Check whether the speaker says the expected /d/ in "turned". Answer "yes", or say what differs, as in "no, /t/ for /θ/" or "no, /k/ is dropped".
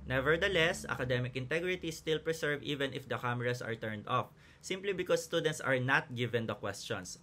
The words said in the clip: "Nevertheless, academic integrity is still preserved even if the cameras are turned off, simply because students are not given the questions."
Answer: yes